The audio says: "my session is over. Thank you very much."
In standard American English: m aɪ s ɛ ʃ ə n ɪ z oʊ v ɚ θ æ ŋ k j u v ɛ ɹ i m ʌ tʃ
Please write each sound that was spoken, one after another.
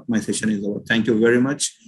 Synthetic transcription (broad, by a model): m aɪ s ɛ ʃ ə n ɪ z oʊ ɚ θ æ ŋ k j u v ɛ ɹ i m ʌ tʃ